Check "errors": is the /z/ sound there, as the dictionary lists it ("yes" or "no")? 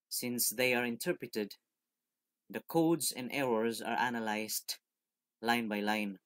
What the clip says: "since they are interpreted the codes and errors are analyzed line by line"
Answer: yes